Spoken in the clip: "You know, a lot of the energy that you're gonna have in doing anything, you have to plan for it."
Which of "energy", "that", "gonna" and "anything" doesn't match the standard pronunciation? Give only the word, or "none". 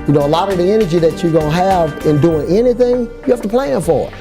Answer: gonna